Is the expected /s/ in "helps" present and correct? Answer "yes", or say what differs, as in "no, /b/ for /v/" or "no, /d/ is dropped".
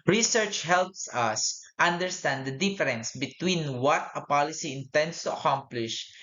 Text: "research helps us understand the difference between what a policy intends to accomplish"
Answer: yes